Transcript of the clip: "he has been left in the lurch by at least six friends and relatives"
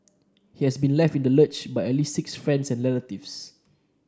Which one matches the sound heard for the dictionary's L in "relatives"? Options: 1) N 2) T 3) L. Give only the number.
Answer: 1